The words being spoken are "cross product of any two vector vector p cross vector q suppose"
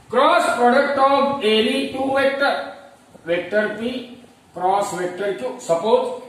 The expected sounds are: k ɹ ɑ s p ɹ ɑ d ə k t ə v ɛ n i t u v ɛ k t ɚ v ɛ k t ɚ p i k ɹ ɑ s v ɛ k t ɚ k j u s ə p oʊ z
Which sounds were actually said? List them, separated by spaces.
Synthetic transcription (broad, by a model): k ɹ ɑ s p ɹ ɑ d ə k t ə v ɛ l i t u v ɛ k t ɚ v ɛ k t ɚ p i k ɹ ɑ s v ɛ k t ɚ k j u s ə p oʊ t